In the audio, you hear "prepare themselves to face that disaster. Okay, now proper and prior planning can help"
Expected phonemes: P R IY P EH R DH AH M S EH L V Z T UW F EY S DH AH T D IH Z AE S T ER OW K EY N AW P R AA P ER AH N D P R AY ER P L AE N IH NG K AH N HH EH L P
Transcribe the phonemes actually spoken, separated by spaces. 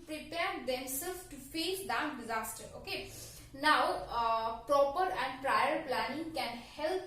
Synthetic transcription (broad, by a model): P R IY P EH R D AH M S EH L Z T UW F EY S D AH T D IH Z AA S T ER OW K EY N AW P R AA P ER AH N D P R AY ER P L AE N IH NG K AH N HH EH L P